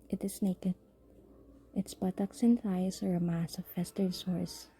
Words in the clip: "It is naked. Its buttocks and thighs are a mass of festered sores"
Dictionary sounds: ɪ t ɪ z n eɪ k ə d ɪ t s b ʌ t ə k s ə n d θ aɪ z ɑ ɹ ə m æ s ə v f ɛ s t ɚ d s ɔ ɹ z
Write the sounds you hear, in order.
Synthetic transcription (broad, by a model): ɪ t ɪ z n eɪ k ə d ɪ t s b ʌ t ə k s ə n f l aɪ s ɑ ɹ ə m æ s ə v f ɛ s t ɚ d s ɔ ɹ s